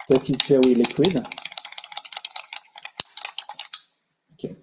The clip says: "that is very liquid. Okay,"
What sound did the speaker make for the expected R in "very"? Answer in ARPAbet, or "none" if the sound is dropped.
W